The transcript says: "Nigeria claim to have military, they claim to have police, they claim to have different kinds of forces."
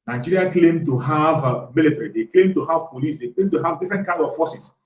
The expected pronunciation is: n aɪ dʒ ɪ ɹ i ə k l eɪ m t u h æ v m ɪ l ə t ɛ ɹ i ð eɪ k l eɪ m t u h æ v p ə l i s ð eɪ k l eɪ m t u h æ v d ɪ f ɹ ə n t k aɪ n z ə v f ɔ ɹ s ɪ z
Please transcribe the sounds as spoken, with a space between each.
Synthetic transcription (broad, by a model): n aɪ dʒ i ɹ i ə k l eɪ m t u h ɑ v m ɪ l ə t ɛ ɹ i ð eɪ k l eɪ m t u h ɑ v p ə l i s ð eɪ k l eɪ m t u h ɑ v d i f ɹ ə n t k aɪ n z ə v f ɔ s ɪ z